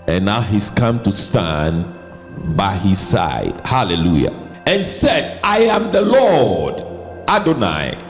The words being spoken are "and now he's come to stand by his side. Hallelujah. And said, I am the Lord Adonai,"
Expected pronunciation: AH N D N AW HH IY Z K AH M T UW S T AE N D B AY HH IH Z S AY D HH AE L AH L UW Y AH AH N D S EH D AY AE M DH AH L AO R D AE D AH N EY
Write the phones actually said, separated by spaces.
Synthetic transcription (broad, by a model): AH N N AW HH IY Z K AH M T UW S T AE N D B AY HH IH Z S AY D HH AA L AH L UW Y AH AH N S EH D AY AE M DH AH L AO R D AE D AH N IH